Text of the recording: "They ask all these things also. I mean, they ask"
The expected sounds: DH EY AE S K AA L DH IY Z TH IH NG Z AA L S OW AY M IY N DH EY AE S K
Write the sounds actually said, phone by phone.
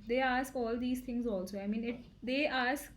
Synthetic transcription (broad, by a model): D EY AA S K AA L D IY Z T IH NG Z AA L S OW AY M IY N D EY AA S K